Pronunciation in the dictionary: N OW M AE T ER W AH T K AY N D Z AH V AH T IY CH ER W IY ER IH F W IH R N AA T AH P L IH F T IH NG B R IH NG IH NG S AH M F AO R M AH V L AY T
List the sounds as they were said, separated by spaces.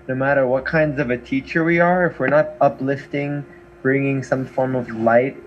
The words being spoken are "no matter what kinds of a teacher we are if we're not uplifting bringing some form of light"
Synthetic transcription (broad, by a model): N OW M AE T ER W AH T K AY N D Z AH V AH T IY CH ER W IY ER IH F W IH R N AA T AH P L IH F T IH NG B R IH NG IH NG S AH M F AO R M AH V L AY T